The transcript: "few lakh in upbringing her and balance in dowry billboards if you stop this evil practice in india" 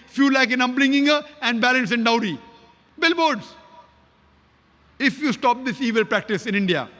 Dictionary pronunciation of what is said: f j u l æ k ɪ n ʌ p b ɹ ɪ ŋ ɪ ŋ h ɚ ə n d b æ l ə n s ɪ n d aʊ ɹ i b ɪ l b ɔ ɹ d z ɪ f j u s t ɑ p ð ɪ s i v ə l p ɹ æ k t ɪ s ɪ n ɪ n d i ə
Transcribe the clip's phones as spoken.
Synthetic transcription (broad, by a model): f j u l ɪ k ɪ n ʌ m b l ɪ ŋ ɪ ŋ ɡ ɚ ə n d b æ l ə n s ɪ n d aʊ ɹ i b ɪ l b ɔ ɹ d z ɪ f j u s t ɑ p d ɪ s i v ə l p ɹ æ k t ɪ s ɪ n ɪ n d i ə